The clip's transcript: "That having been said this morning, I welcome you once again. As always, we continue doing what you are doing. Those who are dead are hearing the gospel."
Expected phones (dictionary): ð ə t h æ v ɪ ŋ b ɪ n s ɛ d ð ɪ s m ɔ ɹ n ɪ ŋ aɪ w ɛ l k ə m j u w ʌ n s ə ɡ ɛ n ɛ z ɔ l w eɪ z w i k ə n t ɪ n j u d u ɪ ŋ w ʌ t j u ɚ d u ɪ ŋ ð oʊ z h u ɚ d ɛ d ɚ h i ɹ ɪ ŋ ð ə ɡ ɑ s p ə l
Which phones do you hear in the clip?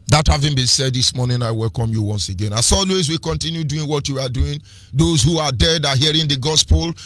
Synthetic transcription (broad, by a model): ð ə t h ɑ v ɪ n b ɪ n s ɛ d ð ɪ s m ɔ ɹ n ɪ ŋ aɪ w ɛ l k ə m j u w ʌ n s ə ɡ ɛ n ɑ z ɔ l w eɪ z w i k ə n t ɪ n j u d u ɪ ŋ w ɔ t j u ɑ d u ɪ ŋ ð oʊ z h u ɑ d ɛ d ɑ h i ɹ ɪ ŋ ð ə ɡ ɑ s p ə l